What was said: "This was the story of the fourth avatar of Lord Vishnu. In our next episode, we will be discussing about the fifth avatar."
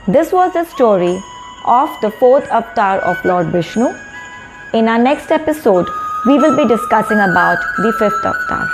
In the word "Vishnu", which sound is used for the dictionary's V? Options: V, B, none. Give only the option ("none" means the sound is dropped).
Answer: B